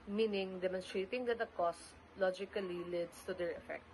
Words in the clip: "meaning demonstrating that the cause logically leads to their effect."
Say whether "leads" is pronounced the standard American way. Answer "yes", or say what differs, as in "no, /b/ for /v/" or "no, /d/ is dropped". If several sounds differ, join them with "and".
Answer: no, /s/ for /z/